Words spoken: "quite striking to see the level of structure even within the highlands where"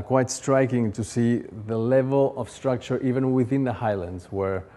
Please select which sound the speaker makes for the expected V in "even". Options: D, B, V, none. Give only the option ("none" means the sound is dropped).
V